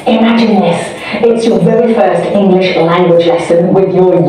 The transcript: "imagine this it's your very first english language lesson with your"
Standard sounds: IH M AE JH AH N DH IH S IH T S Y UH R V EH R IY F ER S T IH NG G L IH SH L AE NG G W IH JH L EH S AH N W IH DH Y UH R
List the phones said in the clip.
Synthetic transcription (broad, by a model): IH M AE JH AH N DH IH S IH T S Y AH R V EH R IY F ER S T IH NG G L IH SH L AE NG G W IH JH L EH S AH N W IH DH Y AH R